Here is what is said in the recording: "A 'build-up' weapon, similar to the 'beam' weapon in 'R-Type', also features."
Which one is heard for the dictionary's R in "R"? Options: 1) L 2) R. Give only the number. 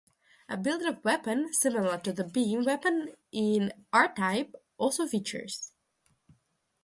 2